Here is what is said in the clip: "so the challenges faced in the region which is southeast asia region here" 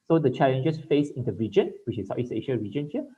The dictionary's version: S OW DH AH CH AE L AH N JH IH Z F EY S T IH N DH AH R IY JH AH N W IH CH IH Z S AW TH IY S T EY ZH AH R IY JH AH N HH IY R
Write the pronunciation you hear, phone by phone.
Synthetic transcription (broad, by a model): S OW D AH CH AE L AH N JH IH S F EY S IH N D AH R IY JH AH N W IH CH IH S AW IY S EY SH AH R IY JH AH N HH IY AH